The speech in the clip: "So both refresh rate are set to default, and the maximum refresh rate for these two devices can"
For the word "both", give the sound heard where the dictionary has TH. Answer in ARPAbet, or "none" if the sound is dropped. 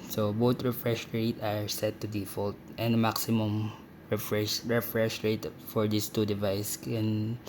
T